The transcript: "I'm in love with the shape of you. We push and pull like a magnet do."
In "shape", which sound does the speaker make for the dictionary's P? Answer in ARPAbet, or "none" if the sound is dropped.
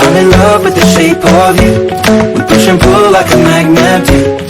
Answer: P